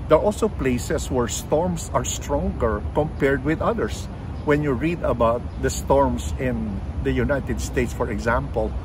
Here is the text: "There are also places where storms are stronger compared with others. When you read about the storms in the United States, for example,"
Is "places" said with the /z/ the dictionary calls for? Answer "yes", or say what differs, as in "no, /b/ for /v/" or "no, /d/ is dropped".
no, /s/ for /z/